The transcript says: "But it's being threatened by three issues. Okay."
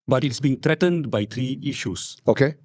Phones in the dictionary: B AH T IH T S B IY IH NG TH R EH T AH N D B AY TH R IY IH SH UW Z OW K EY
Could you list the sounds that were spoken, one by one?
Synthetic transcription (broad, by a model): B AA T IH T S B IY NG T R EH T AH N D B AY T R IY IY SH UW S OW K EY